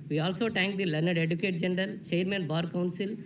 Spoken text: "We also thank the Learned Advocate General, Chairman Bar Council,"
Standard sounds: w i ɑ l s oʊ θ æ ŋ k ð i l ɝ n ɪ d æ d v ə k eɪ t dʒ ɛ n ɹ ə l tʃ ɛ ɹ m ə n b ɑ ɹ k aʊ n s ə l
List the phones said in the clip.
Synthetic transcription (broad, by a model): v i ɑ l s oʊ t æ ŋ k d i l ɝ n ɪ d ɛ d ə k eɪ t dʒ ɛ n ɹ ə l tʃ ɛ ɹ m ə n b ɑ ɹ k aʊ n s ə l